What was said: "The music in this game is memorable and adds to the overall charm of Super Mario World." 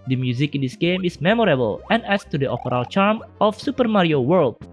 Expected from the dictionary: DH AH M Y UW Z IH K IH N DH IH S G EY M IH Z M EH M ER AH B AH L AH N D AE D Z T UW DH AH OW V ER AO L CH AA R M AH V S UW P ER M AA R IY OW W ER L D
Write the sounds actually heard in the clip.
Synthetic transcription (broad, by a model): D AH M Y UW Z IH K IH N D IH S G EY M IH S M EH M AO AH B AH L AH N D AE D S T UW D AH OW P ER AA L CH AA R M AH F S UW P ER M AA R IY OW W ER L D